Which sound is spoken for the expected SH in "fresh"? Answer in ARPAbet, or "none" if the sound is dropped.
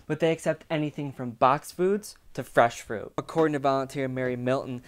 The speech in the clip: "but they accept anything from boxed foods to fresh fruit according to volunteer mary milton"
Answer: SH